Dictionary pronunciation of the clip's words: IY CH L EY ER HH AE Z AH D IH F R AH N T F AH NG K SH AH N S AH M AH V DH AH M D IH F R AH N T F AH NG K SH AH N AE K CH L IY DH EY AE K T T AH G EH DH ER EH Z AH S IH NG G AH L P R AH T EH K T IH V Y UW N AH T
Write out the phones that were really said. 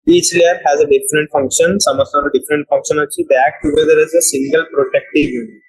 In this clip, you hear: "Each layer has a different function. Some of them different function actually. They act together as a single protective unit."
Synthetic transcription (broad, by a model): IY CH L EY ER HH AE Z AH D IH F R AH N T F AH NG K SH AH N S AH M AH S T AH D D IH F R AH N T F AH NG K SH AH N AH CH IY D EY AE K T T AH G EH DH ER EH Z AH S IH NG G AH L P R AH T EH K T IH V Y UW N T